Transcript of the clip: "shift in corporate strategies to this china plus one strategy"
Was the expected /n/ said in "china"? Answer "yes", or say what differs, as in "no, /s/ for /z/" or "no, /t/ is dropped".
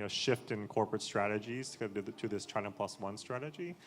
no, /n/ is dropped